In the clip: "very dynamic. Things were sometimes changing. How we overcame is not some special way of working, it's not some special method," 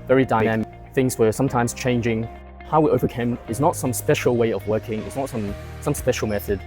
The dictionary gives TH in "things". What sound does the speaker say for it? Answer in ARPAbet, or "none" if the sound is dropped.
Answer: TH